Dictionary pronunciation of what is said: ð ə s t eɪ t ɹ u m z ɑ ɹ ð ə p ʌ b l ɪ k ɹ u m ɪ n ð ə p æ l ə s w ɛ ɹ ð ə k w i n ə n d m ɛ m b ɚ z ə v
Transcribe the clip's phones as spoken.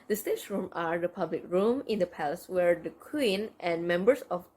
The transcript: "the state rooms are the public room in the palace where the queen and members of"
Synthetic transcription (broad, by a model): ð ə s t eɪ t ɹ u m ɑ ɹ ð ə p ʌ b l ɪ k ɹ u m ɪ n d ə p æ l ə s w ɛ ɹ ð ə k w i n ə n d m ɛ m b ɚ s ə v